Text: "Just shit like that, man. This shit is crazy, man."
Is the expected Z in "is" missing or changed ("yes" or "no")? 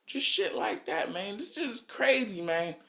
yes